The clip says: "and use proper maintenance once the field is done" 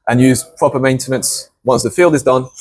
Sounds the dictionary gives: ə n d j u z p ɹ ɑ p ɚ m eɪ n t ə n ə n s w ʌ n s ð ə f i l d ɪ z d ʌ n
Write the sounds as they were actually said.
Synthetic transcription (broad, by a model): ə n j u z p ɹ ɑ p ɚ m eɪ n t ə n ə n s w ʌ n s ð ə f i l d ɪ z d ʌ n